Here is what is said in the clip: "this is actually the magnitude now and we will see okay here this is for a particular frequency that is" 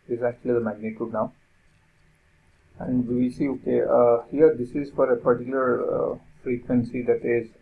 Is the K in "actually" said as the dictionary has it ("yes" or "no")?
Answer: yes